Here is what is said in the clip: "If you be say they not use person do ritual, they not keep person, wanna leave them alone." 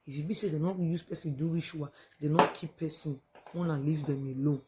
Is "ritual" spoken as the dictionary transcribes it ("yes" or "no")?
no